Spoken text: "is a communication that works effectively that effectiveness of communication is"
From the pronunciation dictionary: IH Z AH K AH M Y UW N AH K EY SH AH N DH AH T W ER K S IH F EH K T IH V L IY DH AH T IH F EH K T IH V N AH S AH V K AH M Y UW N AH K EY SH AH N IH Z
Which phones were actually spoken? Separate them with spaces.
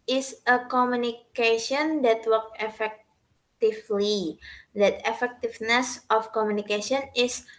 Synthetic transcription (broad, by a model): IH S AH K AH M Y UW N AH K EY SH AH N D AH T W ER K IH F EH K T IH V L IY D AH T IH F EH K T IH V N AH S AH F K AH M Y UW N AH K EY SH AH N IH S